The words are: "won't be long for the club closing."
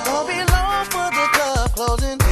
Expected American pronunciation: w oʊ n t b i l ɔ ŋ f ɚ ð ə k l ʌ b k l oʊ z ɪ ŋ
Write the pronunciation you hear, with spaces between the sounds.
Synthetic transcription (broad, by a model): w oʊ b i l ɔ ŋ f ɚ ð ə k ʌ k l oʊ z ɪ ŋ